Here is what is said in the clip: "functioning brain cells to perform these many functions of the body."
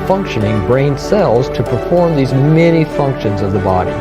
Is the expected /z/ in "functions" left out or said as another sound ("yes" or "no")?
no